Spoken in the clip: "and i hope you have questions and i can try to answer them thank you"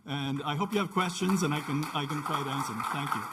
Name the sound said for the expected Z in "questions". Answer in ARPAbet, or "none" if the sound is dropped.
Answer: Z